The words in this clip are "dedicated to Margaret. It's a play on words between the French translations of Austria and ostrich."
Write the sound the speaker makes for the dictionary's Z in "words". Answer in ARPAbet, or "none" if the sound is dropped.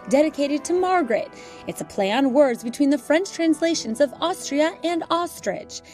Z